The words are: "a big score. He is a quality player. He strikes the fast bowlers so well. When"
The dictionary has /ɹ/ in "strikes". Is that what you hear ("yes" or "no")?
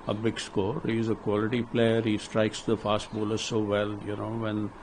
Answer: yes